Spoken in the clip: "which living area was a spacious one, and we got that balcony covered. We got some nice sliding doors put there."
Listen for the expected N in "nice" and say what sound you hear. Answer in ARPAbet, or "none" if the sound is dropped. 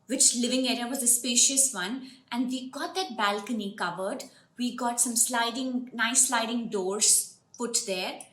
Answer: L